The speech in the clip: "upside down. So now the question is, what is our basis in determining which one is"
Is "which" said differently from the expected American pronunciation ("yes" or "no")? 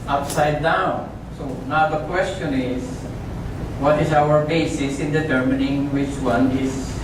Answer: no